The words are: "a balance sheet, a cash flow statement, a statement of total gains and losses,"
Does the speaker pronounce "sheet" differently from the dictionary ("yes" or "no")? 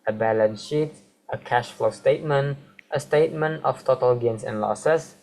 no